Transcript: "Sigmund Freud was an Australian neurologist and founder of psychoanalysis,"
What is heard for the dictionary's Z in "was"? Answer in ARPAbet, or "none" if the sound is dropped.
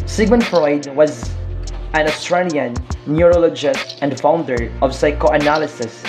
Z